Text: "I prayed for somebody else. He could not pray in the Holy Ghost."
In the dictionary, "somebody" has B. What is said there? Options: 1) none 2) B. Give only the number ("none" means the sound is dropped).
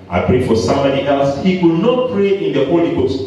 1